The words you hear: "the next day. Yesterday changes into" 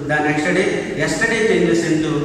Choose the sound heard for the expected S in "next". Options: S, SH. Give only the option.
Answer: SH